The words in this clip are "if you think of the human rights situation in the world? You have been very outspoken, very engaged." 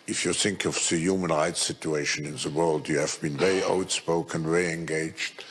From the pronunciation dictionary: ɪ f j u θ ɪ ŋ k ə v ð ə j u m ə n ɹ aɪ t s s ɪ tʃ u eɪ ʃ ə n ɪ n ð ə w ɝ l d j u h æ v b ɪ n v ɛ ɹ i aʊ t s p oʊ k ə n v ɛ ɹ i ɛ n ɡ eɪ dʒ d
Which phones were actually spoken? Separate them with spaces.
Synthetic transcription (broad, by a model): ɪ f j u θ ɪ ŋ k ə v ð ə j u m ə n ɹ aɪ t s s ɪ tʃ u eɪ ʃ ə n ɪ n ð ə w ɝ l d j u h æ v b ɪ n v ɛ ɹ i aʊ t s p oʊ k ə n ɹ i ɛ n ɡ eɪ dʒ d